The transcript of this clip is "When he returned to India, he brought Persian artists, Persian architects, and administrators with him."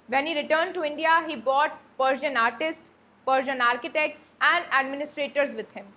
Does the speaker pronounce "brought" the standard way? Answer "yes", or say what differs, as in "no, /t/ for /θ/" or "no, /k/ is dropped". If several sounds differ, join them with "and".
no, /ɹ/ is dropped